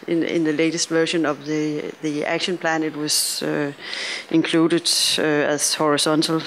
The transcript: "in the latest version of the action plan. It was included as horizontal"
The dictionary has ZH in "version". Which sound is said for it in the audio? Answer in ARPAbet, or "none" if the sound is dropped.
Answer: SH